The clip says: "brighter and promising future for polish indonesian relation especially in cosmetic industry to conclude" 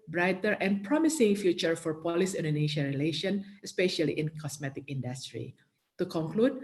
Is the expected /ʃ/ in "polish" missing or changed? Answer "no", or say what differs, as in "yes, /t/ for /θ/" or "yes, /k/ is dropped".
yes, /s/ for /ʃ/